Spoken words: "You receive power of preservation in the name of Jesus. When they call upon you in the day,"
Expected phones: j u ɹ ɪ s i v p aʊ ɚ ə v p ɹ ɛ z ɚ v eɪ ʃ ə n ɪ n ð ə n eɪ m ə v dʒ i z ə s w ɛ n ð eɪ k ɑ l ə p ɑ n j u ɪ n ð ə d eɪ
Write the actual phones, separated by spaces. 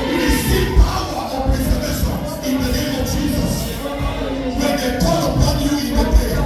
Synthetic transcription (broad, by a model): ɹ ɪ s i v p aʊ ɚ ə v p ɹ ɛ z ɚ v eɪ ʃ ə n ɪ n ð ə n eɪ m ə v dʒ i z ə s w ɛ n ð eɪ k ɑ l ə p ɑ n j u ɪ n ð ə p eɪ